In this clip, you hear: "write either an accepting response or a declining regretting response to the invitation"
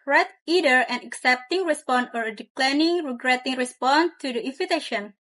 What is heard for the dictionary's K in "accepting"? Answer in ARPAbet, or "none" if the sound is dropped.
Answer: K